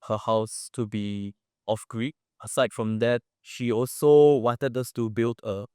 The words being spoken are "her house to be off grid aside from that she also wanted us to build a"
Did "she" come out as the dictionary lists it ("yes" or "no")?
yes